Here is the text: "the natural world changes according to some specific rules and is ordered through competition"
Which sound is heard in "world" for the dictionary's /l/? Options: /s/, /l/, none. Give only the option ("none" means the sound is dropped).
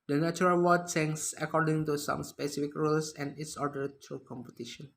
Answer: none